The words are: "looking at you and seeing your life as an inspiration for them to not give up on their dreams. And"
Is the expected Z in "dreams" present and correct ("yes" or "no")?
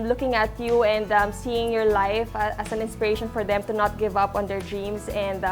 no